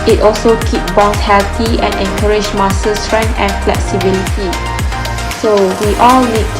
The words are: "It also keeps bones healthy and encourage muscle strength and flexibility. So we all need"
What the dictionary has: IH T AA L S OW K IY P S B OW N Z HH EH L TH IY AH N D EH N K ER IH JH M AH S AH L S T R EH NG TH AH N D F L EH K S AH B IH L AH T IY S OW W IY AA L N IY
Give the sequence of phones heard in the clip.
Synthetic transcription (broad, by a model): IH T AA L S OW K IY P B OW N S HH EH L T IY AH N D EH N K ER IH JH M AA S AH S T R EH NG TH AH N F L EH K S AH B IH L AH T IY S OW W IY AA L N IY